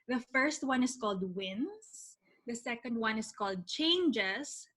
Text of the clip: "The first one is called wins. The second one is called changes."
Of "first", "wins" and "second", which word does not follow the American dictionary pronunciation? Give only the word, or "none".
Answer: wins